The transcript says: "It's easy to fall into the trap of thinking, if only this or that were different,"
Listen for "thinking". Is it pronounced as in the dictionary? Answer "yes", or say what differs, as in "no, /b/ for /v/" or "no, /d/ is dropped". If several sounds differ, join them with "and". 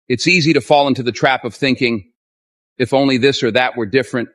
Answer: yes